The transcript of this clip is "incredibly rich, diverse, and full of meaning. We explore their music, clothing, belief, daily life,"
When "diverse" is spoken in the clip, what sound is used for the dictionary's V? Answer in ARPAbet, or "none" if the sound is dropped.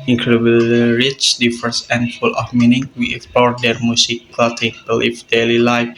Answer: F